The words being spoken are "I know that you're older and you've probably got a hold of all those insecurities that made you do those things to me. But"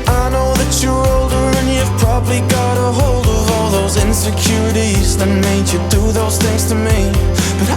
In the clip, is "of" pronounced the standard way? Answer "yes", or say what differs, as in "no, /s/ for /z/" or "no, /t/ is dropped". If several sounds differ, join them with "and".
yes